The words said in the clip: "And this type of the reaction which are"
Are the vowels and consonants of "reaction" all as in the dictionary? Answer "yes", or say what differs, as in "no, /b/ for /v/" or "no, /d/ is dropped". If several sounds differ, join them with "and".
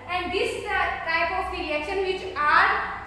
no, /l/ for /ɹ/ and /k/ is dropped